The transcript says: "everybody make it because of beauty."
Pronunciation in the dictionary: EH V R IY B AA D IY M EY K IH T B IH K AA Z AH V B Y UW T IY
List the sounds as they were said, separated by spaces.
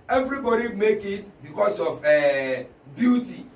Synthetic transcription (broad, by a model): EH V R IY B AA D IY M EY K IH T B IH K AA S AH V B Y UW T IY